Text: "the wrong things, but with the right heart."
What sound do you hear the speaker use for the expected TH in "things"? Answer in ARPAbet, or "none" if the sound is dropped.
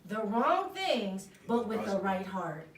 TH